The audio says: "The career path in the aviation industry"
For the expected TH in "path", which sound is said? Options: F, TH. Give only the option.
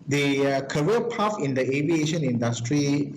F